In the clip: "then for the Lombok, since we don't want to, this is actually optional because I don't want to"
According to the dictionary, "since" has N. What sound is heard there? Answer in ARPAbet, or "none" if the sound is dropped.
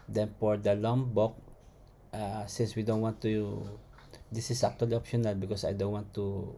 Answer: N